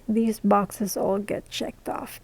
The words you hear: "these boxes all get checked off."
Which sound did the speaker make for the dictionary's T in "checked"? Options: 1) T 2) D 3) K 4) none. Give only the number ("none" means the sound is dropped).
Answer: 1